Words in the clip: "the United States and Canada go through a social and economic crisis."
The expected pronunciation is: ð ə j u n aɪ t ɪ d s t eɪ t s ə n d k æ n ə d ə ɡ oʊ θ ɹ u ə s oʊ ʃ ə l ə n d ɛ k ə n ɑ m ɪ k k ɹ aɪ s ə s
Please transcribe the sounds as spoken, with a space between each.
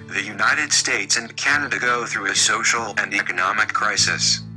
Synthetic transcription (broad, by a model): ð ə j u n aɪ t ɪ d s t eɪ t s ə n k æ n ə d ə ɡ oʊ θ ɹ u ə s oʊ ʃ l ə n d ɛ k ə n ɑ m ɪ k k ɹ aɪ s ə s